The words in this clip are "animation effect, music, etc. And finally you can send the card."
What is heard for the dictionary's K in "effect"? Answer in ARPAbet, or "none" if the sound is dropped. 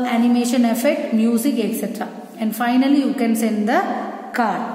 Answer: none